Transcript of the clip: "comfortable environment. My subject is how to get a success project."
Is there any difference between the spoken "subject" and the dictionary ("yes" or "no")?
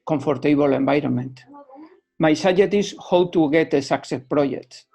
yes